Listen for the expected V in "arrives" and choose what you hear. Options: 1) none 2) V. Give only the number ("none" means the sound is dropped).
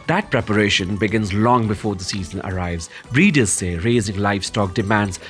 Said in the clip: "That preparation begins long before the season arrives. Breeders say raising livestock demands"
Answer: 2